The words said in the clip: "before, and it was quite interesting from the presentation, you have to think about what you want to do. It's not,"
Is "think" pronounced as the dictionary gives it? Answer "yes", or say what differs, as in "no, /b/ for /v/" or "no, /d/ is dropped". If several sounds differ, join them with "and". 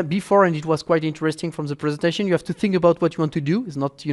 yes